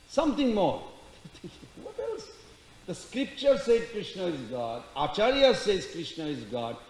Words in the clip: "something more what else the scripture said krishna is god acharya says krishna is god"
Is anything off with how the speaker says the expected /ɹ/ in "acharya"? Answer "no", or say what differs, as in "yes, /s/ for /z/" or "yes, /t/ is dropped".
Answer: no